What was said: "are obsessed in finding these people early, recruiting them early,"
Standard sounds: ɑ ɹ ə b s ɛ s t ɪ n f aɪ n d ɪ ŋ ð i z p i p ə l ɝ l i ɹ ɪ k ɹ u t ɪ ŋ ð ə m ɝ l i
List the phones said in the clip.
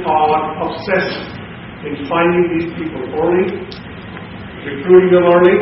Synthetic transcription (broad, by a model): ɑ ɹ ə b s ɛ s ɪ n f aɪ n d ɪ ŋ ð i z p i p ə l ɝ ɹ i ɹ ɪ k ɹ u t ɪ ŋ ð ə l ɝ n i